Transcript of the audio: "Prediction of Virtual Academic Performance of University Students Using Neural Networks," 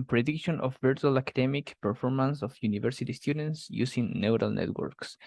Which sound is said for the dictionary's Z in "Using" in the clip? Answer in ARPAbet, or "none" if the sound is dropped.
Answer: S